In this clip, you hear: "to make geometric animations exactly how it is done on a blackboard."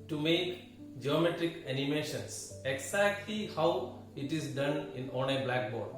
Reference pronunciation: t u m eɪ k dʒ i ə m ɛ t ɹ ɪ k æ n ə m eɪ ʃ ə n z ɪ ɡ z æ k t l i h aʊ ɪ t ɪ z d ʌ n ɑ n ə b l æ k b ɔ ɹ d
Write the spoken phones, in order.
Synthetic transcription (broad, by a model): t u m eɪ k dʒ i ə m ɛ t ɹ ɪ k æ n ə m eɪ ʃ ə n s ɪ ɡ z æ k t l i h aʊ ɪ t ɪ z d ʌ n ɑ n ə b l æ k b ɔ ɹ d